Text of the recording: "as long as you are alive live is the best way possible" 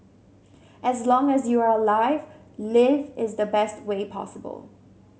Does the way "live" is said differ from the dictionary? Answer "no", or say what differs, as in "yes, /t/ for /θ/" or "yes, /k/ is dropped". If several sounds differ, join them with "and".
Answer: no